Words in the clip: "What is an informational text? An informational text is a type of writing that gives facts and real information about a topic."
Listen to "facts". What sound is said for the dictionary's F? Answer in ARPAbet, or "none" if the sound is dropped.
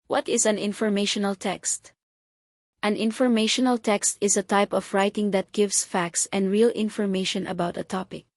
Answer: F